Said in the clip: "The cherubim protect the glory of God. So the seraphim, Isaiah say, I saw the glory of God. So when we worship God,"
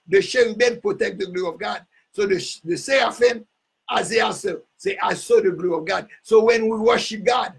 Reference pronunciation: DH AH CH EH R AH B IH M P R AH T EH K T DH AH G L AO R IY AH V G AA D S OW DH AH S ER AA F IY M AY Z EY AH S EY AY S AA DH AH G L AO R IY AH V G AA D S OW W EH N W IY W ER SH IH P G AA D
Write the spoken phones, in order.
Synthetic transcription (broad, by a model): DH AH SH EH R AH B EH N P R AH T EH K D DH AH G L AO R IY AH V G AA D S OW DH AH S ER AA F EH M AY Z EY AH S EY AY S AA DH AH G L AO R IY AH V G AA D S OW W EH N W IY W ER SH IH P G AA D